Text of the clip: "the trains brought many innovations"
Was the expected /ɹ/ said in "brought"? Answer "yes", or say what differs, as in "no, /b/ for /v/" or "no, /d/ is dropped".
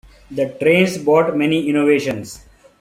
no, /ɹ/ is dropped